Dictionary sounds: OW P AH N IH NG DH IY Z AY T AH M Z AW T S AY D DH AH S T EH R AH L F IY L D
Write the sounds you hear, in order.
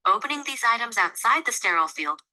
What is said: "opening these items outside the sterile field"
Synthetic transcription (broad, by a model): OW P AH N IH NG DH IY Z AY T AH M Z AW T S AY D DH AH S T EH R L F IY L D